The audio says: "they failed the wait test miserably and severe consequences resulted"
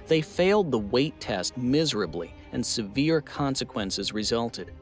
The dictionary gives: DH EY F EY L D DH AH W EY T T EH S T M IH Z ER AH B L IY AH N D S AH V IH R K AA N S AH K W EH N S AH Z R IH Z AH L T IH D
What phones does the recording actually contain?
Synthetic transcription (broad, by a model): DH EY F EY L D DH AH W EY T T EH S T M IH Z ER AH B L IY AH N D S AH V IH R K AA N S AH K W EH N S AH Z R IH Z AH L T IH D